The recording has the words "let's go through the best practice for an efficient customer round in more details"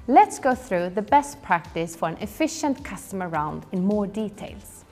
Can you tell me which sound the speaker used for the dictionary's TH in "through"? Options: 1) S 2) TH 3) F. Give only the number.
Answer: 2